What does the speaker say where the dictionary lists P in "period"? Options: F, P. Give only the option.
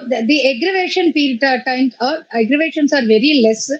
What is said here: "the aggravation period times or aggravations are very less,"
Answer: F